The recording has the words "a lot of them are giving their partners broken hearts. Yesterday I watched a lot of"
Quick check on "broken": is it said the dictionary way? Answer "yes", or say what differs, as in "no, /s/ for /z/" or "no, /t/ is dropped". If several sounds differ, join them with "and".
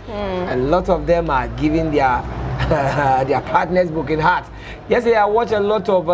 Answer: no, /ɹ/ is dropped